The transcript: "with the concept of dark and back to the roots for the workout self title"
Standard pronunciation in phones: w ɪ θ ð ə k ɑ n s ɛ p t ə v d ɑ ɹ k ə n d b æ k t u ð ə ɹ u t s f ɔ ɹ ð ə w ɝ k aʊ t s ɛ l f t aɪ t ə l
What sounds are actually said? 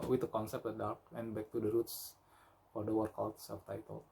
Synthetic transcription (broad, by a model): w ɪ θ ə k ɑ n s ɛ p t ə d ɑ ɹ k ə n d b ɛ k t u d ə ɹ u t s f ɔ ɹ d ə w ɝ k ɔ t s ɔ f t aɪ t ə l